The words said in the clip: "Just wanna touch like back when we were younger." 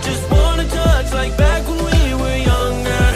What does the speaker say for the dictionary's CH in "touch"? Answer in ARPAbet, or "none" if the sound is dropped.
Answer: S